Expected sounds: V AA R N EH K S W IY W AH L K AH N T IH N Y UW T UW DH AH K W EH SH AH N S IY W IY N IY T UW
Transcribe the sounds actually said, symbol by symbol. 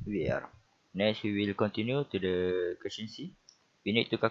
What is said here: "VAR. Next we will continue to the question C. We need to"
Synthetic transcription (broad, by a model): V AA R N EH S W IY W AH L K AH N T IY N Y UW T UW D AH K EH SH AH N S IY W IY N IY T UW